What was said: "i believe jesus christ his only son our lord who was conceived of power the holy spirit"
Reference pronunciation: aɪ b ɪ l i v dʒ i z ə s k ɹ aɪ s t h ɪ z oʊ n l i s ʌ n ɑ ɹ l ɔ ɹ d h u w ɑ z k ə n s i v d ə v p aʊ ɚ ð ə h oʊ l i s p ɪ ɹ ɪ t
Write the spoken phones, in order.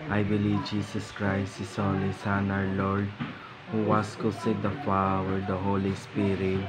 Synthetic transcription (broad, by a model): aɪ b ɪ l i v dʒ i s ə s k ɹ aɪ s t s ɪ s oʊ l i s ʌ n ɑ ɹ l ɔ ɹ d h u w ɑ s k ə s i d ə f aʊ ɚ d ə h oʊ l i s p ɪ ɹ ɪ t